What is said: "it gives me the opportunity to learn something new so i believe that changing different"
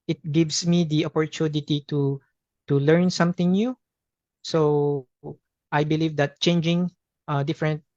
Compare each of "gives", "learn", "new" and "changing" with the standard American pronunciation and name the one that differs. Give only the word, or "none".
gives